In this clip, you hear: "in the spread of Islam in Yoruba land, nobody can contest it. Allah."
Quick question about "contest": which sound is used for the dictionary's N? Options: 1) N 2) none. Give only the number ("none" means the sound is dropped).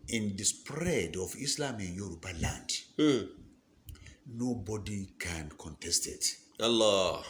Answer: 1